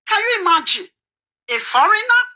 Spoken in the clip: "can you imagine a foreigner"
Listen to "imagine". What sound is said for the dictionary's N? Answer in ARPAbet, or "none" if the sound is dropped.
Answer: none